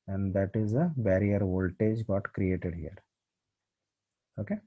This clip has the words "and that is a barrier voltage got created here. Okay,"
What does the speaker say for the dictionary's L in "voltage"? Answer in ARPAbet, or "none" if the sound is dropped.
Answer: L